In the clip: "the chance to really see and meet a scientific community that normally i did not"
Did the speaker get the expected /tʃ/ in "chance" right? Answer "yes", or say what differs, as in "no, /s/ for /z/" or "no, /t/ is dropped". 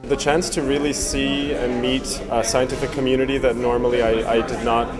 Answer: yes